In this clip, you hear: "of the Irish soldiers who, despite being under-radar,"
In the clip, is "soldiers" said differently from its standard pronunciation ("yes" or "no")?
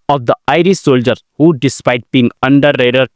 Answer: yes